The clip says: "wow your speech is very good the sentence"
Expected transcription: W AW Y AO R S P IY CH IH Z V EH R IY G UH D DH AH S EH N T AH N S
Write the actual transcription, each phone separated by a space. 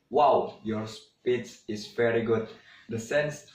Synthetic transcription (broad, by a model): W AW Y AO R S P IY S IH S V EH R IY G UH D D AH S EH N N S